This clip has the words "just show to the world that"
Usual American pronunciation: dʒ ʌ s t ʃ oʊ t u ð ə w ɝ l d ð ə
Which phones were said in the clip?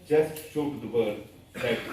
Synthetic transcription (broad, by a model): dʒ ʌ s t ʃ oʊ t u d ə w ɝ d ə